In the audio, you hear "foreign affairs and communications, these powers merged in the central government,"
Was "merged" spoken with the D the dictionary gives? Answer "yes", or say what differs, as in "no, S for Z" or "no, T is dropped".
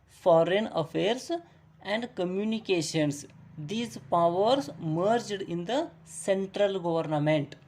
yes